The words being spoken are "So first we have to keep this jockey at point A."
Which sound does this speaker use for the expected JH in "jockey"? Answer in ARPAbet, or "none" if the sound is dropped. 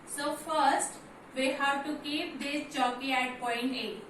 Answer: CH